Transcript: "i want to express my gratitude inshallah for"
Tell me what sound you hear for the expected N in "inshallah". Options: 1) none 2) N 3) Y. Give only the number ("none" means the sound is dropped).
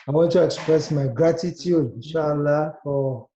1